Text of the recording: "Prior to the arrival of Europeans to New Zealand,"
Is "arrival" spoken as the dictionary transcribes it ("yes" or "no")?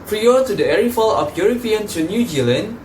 no